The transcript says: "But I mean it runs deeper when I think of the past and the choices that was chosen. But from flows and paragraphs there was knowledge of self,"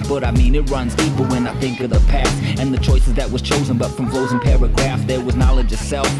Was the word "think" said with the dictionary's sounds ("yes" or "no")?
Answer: yes